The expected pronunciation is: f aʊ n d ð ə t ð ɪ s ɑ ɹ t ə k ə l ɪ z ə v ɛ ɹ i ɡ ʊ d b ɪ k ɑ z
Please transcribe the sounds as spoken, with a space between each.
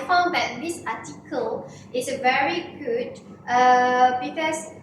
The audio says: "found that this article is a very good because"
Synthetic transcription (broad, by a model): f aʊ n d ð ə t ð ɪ s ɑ t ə k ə l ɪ s ə v ɛ ɹ i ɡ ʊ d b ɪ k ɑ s